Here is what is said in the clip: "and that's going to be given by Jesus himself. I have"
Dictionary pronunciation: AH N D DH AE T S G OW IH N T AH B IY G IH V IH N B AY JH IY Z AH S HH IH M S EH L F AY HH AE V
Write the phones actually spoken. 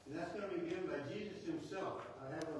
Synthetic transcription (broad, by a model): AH N DH AE T S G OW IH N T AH B IY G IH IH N B AY JH IY Z AH S HH IH M S EH L F AY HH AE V